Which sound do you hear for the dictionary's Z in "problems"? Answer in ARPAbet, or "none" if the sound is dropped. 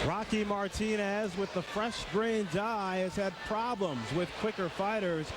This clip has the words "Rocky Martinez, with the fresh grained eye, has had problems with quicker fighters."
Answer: Z